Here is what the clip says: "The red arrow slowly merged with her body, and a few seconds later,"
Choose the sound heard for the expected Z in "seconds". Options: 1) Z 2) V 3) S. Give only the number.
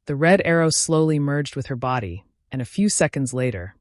1